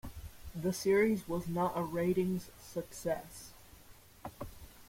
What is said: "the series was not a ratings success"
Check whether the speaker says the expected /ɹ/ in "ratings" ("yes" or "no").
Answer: yes